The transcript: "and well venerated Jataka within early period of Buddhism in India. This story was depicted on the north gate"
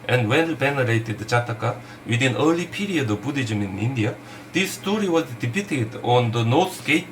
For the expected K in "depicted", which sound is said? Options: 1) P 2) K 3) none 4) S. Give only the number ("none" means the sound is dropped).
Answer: 3